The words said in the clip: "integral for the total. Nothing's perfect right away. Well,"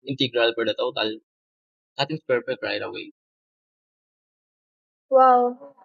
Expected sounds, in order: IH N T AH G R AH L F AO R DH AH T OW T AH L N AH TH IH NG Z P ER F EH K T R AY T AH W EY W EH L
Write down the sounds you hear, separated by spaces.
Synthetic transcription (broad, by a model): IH N T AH G R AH L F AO R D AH T OW T AH L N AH T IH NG S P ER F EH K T R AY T AH W EY W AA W